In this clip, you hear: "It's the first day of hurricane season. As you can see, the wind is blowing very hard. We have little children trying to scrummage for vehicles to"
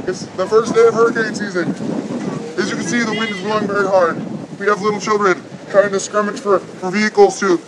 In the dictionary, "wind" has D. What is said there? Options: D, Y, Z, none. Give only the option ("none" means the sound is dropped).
D